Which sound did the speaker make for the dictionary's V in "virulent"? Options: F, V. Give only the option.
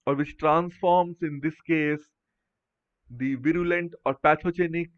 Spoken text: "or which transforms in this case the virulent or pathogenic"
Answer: V